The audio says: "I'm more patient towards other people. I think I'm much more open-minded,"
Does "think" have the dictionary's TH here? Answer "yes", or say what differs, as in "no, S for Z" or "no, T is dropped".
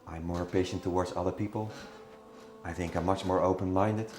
yes